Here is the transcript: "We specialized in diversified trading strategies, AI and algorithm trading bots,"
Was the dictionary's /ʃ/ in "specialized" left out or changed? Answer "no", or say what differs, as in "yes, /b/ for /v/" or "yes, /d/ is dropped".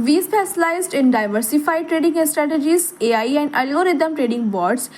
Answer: yes, /s/ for /ʃ/